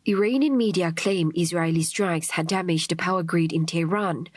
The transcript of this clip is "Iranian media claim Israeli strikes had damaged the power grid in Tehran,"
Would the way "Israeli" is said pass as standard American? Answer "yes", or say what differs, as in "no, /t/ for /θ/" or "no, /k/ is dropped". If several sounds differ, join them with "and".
yes